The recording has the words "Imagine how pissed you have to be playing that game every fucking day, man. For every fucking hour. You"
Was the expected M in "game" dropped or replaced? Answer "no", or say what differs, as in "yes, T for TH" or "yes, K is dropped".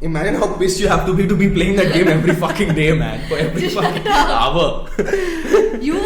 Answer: yes, M is dropped